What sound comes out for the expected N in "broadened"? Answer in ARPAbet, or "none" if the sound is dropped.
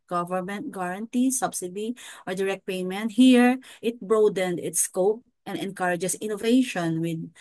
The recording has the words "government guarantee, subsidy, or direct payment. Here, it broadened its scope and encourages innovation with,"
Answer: N